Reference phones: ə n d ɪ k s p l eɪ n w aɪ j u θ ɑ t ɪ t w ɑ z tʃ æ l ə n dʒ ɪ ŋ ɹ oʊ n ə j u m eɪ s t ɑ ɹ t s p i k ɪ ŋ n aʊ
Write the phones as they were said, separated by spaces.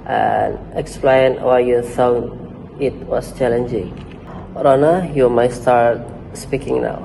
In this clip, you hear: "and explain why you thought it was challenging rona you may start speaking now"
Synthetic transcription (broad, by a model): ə n ɪ k s p l eɪ n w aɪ j u f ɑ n ɪ t w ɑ s tʃ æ l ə n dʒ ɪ ŋ ɹ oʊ n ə j u m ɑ s t ɑ ɹ t s p i k ɪ ŋ n aʊ